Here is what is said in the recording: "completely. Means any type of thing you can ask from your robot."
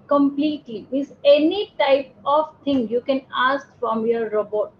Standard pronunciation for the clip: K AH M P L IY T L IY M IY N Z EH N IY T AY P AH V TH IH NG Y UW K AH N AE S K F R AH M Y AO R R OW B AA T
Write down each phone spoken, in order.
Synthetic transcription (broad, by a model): K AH M P L IY T L IY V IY Z EH N IY T AY P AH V T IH NG Y UW K AH N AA S K F R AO M Y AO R R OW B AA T